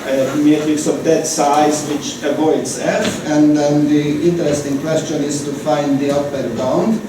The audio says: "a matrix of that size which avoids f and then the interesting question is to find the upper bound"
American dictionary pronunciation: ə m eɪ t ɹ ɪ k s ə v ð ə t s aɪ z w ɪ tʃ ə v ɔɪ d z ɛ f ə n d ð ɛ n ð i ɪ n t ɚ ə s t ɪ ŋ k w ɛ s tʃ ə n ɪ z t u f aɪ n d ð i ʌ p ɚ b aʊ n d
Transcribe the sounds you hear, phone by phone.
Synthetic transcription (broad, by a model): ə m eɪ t ɪ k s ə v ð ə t s aɪ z w ɪ tʃ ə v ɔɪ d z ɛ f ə n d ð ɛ n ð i ɪ n t ɚ ə s t ɪ ŋ k w ɛ s tʃ ə n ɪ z t u f aɪ n d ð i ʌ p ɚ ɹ aʊ n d